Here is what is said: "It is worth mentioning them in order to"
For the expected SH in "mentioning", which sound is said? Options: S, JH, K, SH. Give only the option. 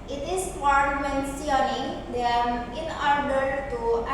S